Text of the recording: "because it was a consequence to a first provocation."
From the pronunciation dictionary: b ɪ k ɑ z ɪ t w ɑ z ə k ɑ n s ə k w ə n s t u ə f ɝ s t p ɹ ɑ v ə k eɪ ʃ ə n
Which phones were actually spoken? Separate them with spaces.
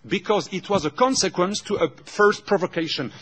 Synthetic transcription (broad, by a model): b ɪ k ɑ z ɪ t w ɑ z ə k ɑ n s ə k w ə n s t u ə f ɝ s t p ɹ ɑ v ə k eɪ ʃ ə n